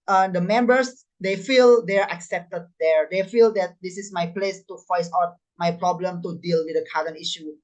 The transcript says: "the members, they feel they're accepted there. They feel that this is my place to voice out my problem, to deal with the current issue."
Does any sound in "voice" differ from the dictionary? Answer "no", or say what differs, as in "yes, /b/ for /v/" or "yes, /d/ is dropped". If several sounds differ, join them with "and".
yes, /f/ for /v/